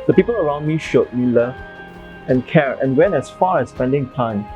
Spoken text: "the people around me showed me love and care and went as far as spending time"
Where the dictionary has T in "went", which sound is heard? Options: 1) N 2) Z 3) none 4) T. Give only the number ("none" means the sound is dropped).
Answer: 3